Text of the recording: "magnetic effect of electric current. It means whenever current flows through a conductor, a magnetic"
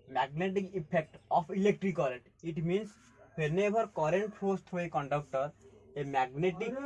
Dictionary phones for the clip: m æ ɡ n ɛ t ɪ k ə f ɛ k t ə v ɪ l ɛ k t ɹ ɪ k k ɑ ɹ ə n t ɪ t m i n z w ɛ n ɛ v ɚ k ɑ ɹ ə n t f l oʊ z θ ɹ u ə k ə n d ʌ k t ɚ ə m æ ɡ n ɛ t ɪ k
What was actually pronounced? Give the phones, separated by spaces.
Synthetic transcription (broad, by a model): m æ ɡ n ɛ t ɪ k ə p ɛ k t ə p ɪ l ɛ k t ɹ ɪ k k ɑ ɹ ə n t ɪ t m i n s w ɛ n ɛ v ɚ k ɑ ɹ ə n t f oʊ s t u ə k ə n d ʌ k t ɚ ə m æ ɡ n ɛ t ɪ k